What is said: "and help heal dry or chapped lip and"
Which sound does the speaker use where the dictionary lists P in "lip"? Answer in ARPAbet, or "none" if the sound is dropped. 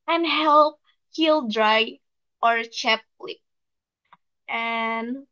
none